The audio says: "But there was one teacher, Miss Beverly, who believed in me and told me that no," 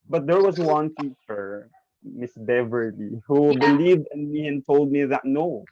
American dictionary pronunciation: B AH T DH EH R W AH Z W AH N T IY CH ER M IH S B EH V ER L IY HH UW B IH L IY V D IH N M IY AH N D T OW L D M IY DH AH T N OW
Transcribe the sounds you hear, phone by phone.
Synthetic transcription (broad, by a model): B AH T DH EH R W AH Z W AH N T IY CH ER M IH S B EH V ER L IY HH UW B IH L IY V D IH N M IY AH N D T OW L D M IY DH AH T N OW